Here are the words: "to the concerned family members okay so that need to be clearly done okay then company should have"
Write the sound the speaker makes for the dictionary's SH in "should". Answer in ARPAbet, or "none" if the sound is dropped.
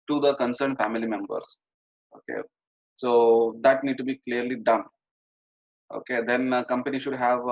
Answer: SH